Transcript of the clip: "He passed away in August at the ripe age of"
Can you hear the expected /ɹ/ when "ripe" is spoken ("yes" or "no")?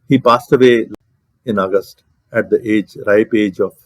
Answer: yes